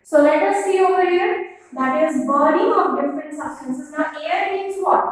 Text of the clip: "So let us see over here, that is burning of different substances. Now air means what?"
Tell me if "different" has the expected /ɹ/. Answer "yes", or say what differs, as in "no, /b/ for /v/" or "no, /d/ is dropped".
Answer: yes